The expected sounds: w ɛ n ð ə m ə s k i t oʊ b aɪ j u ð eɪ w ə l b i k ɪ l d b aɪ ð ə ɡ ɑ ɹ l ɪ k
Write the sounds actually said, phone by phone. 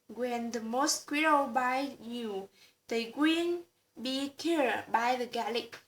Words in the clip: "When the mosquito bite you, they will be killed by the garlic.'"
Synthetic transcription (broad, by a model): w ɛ n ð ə m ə s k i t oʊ b aɪ j u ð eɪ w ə n b i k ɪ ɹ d b aɪ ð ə ɡ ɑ l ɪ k